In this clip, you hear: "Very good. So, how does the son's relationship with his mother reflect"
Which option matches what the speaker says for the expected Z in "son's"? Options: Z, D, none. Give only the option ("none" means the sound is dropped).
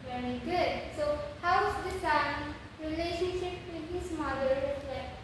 none